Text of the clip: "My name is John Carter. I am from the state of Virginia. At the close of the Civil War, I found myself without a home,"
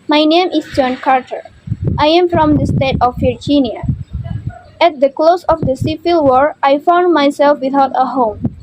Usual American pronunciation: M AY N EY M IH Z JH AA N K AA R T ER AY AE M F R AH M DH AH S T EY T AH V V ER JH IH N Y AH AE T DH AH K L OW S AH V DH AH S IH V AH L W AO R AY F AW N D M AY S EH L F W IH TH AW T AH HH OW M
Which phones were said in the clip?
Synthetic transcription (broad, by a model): M AY N EY M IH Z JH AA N K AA R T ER AY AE M F R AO M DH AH S T EY T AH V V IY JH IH N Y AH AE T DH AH K L OW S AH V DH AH S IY F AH L W AO R AY F AW N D M AY S EH L F W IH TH AW T AH HH OW M